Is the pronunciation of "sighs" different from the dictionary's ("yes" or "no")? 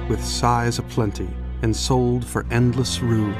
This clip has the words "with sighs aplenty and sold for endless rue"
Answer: no